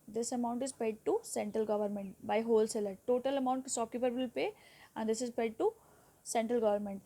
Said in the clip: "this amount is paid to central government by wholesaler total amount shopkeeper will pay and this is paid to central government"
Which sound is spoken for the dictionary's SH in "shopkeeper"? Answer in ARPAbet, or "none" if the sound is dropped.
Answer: S